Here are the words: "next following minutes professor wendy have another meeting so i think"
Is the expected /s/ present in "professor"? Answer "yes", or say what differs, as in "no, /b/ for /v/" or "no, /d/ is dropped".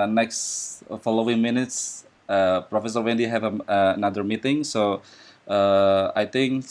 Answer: yes